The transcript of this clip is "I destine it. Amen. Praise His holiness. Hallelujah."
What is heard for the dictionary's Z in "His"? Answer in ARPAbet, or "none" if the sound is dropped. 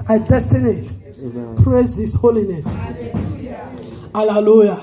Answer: S